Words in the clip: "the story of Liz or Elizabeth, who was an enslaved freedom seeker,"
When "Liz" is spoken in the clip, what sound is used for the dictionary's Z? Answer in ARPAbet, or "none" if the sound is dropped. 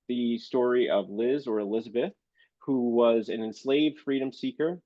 Z